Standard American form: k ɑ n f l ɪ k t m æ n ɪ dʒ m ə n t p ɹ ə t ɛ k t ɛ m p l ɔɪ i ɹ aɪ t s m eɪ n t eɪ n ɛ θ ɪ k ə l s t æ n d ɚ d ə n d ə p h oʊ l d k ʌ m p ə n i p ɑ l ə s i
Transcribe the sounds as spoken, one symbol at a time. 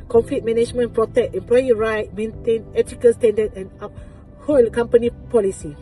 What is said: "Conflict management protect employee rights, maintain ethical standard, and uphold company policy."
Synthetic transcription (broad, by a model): k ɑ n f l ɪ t m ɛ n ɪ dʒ m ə n p ɹ ə t ɛ k t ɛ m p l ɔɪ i ɹ aɪ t m eɪ n t eɪ n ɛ t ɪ k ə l s t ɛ n d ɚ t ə n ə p h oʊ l k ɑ m p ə n i p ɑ l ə s i